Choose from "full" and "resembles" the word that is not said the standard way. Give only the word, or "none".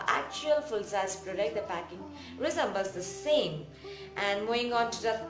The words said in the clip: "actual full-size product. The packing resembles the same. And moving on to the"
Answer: resembles